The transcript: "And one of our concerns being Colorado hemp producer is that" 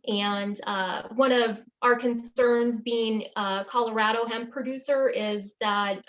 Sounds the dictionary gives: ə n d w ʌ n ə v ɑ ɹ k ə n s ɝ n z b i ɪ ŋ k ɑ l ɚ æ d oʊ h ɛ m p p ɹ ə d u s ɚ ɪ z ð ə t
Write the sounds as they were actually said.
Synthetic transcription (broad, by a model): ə n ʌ w ʌ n ə v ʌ ɹ k ə n s ɝ n z b i ɪ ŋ k ɑ l ɚ æ d oʊ h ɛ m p p ɹ ə d u s ɚ ɪ z ð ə t